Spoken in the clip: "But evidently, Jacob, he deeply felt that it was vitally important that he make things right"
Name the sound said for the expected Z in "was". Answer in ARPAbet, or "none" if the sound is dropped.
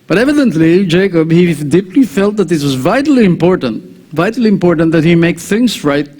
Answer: Z